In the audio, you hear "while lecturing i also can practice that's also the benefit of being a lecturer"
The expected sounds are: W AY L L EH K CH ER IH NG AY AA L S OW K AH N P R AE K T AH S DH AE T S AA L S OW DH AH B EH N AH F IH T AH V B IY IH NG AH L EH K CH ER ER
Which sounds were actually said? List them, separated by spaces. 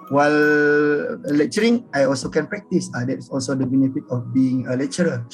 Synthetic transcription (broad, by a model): W AY L L EH K CH ER IH NG AY AA L S OW K AH N P R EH K T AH S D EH T S AA L S OW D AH B EH N AH F IH T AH F B IY IH NG AH L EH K CH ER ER